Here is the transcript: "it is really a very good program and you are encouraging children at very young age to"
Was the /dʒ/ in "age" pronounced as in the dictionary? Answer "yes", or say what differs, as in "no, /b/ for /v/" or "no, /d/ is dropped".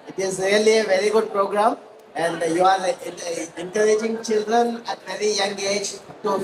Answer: yes